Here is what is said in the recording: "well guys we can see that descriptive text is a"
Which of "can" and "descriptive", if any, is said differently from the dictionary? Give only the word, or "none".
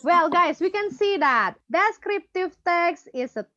none